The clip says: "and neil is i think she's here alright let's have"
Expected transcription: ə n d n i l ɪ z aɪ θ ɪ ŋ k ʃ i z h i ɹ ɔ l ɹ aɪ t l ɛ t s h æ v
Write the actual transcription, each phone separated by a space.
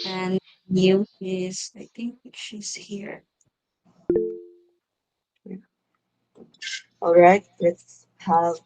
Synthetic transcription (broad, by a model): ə n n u ɪ z aɪ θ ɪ ŋ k ʃ i z h i ɹ ɔ l ɹ aɪ t l ɛ t s h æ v